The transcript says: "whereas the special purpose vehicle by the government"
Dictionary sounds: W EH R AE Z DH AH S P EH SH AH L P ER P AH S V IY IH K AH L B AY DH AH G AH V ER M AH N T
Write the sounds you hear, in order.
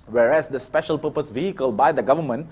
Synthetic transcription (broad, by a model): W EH R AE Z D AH S P EH SH AH L P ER P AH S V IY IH K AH L B AY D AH G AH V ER M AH N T